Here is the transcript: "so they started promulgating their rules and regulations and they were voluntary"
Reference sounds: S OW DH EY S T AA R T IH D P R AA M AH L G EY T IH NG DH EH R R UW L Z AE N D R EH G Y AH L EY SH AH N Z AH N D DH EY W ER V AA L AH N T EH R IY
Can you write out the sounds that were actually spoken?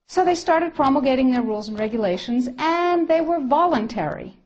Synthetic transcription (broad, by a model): S OW DH EY S T AA R T IH D P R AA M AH G EY T IH NG DH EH R R UW L Z N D R EH G Y AH L EY SH AH N Z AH N DH EY W ER V AA L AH N T EH R IY